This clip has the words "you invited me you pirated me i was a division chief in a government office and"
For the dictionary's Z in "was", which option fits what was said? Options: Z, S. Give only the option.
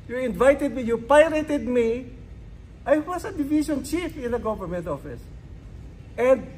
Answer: S